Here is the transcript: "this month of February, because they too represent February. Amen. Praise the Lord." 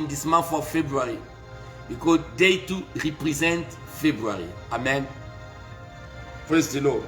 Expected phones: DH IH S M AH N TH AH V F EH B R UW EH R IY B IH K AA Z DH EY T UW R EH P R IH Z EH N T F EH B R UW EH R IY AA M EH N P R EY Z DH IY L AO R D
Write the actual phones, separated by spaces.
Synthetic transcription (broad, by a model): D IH S M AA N F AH F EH B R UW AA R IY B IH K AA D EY T UW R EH P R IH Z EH N T F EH B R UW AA R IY AA M EH N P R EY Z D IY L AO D